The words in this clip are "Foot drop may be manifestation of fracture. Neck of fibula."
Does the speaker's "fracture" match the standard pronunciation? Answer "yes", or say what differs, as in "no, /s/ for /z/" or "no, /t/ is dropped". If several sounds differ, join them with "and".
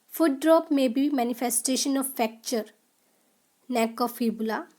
no, /ɹ/ is dropped